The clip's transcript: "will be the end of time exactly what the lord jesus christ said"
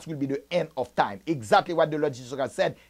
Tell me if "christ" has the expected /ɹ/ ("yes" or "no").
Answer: no